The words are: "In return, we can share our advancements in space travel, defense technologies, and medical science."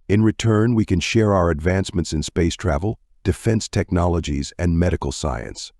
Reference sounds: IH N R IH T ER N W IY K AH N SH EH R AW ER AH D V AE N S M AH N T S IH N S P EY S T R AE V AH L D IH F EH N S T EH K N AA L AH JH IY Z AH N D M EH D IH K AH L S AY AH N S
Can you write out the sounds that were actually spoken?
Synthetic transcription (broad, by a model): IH N R IH T ER N W IY K AH N SH EH R AW ER AH D V AE N S M AH N T S IH N S P EY S T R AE V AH L D IH F EH N S T EH K N AA L AH JH IY Z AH N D M EH D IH K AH L S AY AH N S